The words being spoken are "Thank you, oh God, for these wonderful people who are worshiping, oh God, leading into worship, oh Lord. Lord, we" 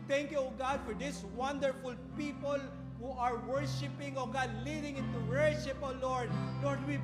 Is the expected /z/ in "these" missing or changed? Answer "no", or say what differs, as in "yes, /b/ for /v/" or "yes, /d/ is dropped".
yes, /s/ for /z/